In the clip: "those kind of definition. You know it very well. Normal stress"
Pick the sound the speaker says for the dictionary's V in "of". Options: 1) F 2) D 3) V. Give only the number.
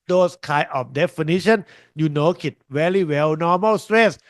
1